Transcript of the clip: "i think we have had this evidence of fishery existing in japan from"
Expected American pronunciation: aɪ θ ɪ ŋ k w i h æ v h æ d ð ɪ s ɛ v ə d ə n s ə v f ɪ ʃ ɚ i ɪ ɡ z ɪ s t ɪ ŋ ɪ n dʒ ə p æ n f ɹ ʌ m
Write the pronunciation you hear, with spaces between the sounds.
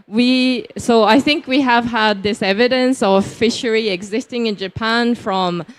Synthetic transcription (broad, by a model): aɪ θ ɪ ŋ k w i h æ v h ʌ d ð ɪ s ɛ v ə d ə n s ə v f ɪ ʃ ɚ i ɪ ɡ z ɪ s t ɪ ŋ ɪ n dʒ ə p æ n f ɹ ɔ m